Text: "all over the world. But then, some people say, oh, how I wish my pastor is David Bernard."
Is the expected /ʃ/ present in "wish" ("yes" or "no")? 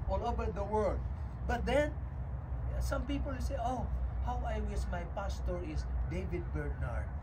no